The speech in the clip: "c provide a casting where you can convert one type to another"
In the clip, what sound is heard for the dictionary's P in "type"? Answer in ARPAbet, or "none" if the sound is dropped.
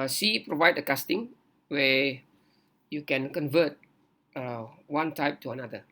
P